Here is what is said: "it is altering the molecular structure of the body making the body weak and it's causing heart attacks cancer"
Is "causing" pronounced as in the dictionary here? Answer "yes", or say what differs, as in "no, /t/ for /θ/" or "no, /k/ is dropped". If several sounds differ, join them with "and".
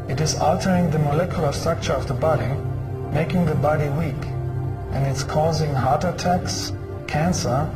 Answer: yes